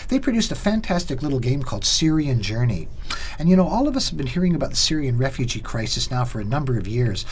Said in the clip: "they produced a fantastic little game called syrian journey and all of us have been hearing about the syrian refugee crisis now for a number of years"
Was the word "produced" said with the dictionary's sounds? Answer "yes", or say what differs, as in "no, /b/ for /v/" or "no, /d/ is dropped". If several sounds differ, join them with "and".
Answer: yes